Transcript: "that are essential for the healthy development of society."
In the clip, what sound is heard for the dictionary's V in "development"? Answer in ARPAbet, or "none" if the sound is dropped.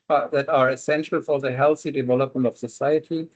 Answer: V